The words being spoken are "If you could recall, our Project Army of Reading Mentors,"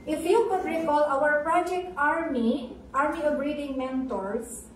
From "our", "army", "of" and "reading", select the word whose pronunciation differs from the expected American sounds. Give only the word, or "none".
of